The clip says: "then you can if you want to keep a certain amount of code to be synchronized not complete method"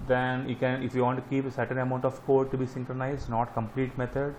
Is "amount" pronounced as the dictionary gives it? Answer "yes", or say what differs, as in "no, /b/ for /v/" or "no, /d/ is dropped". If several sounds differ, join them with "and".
yes